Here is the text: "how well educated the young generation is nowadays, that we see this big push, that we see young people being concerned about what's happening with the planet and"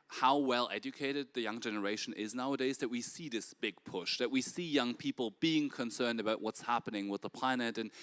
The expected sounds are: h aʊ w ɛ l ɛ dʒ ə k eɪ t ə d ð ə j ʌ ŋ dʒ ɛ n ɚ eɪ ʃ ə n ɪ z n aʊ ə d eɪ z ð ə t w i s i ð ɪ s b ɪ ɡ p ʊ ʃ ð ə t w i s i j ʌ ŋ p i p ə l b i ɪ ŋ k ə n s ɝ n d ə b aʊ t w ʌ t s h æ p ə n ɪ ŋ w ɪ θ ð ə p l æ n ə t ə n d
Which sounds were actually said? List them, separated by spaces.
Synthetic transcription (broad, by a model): h aʊ w ɛ l ɛ dʒ ə k eɪ t ə d ð ə j ʌ ŋ dʒ ɛ n ɚ eɪ ʃ ə n ɪ z n aʊ ə d eɪ z ð ə t w i s i ð ɪ s b ɪ ɡ p ʊ ʃ ð ə t w i s i j ʌ ŋ p i p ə l b i ɪ ŋ k ə n s ɝ n d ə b aʊ t w ʌ t s h æ p ə n ɪ ŋ w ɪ ð ə p l æ n ə t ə n